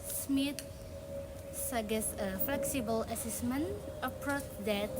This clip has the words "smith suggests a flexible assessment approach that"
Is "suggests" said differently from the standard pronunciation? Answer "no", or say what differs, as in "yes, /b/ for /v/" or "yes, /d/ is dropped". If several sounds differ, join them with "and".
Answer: yes, /dʒ/ is dropped